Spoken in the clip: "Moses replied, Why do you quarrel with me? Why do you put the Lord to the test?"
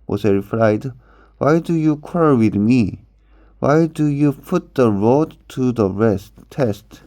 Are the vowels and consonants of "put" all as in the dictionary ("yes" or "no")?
yes